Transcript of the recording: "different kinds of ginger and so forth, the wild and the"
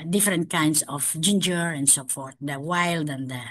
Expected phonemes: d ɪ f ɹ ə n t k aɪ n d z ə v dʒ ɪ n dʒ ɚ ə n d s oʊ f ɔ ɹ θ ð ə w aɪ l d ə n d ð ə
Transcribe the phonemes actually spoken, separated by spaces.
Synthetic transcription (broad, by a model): d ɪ f ɹ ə n t k aɪ n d s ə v dʒ ɪ n dʒ ɚ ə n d s oʊ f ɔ ɹ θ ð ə w aɪ l d ə n d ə